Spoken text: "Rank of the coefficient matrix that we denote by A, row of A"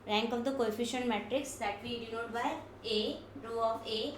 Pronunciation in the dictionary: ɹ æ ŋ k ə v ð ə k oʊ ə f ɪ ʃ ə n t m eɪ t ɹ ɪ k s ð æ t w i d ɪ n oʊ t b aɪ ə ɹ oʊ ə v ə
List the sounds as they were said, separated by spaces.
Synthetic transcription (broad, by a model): ɹ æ ŋ k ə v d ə k oʊ ə f ɪ ʃ ə n t m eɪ t ɹ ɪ k s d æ t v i d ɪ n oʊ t b aɪ ə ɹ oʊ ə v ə